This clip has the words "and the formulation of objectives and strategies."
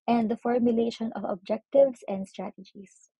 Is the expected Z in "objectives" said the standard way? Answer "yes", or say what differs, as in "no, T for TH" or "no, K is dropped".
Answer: no, S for Z